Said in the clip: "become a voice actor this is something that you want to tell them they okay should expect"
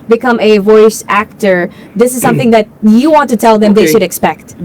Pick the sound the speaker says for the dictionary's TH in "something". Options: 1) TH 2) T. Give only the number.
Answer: 1